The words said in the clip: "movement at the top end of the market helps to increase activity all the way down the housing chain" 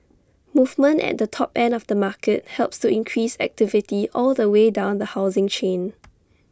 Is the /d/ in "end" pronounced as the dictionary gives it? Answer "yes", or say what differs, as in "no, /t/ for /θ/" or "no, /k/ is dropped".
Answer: no, /d/ is dropped